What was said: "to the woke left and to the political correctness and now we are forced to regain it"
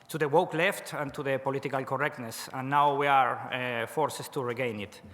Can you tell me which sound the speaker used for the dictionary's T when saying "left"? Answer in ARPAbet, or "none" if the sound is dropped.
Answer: T